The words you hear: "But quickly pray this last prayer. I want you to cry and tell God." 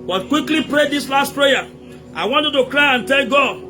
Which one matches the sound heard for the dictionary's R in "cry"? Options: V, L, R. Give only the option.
R